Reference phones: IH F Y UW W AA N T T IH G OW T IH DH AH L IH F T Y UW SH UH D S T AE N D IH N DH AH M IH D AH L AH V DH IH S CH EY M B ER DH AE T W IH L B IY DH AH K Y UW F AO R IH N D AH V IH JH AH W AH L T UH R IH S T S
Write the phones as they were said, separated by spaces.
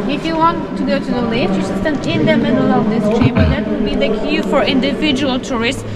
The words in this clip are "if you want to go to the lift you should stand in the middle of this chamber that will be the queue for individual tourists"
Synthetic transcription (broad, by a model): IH F Y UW W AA N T T IH G OW T IH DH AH L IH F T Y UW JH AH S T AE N IH N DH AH M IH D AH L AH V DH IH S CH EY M ER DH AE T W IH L B IY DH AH K Y UW F AO R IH N D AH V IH JH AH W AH L T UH R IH S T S